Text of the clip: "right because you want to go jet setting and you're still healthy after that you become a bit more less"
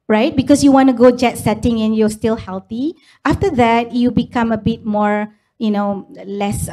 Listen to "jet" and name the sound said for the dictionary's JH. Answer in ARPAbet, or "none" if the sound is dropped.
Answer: JH